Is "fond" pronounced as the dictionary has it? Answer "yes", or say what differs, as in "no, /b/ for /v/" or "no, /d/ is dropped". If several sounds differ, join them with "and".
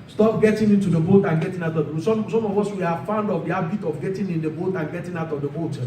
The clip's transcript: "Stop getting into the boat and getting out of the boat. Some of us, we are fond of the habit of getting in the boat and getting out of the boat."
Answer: yes